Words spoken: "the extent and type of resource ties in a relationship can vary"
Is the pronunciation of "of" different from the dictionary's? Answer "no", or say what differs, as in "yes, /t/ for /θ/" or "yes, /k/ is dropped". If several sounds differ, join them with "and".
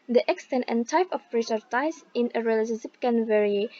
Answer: yes, /p/ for /v/